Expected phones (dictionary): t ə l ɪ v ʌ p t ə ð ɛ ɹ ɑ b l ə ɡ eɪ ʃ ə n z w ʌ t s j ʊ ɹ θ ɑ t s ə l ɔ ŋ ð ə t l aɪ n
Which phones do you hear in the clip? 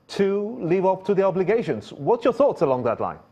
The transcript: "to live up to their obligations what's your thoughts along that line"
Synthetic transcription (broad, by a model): t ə l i v ʌ p t ə ð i ɑ b l ə ɡ eɪ ʃ ə n z w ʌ t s j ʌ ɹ θ ɑ t s ə l ɔ ŋ ð ə t l aɪ n